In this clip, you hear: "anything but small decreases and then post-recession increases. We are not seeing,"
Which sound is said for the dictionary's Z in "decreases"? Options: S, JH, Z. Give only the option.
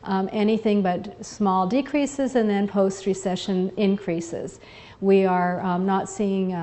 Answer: Z